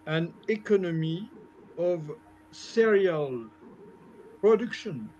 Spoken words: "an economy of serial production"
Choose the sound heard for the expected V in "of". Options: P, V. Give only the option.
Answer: V